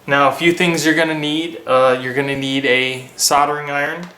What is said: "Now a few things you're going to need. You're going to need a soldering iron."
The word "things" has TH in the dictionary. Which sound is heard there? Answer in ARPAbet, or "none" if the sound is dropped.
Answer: TH